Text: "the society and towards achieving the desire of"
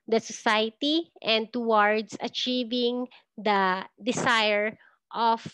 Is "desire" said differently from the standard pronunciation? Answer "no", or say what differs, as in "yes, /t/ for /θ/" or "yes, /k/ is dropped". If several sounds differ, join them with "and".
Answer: yes, /s/ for /z/